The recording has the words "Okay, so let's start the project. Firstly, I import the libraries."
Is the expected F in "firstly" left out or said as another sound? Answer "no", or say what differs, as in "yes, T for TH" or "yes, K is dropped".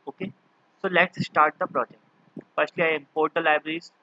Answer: yes, P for F